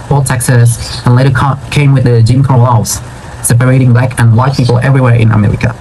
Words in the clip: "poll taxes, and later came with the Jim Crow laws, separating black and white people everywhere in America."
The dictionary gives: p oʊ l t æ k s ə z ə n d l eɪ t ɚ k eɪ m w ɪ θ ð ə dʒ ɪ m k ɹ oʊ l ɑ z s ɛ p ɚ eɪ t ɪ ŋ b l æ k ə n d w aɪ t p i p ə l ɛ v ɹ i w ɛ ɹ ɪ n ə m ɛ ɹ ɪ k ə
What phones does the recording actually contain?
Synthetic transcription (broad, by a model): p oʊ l t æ k s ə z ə n l eɪ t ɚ k eɪ m w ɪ ð ə dʒ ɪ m k oʊ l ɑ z s ɛ p ɚ eɪ t ɪ ŋ b l æ k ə n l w aɪ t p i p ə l ɛ v ɹ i w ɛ ɹ ɪ n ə m ɛ ɹ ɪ k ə